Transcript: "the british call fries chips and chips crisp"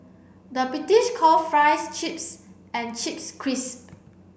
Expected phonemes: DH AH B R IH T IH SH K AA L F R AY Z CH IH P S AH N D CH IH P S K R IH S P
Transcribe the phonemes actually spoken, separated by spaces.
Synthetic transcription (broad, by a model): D AH B R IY T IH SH K AA L F R AY S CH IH P S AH N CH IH P S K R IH S